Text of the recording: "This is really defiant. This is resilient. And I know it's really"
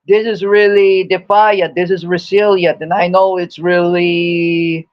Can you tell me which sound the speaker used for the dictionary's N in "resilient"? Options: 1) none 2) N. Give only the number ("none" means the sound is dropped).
1